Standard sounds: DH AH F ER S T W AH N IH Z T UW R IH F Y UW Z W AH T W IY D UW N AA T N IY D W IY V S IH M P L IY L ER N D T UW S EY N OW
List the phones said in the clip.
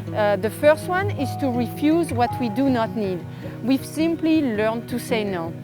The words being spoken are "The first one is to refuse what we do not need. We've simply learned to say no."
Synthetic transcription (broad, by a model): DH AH F ER S T W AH N IH Z T UW R IH F Y UW Z W AH T W IY D UW N AA T N IY D W IY V S IH M P L IY L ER N T UW S EY N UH